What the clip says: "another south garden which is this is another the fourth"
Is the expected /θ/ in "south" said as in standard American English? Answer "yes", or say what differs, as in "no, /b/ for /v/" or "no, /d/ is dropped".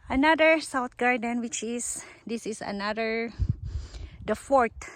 no, /t/ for /θ/